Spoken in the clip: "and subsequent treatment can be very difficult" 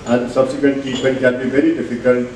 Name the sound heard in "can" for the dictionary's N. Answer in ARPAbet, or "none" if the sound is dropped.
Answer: L